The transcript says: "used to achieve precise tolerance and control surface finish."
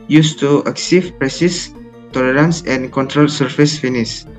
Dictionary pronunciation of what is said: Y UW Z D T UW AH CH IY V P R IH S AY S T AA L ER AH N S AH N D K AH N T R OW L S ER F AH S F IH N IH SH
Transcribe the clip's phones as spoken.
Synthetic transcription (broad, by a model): Y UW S T UW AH S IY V P R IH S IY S T AA L ER AH N S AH N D K AH N T R OW L S ER F AH S F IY N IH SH